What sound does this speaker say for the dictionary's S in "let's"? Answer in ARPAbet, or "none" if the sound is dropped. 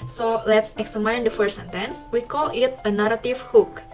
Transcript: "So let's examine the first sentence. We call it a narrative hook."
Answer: S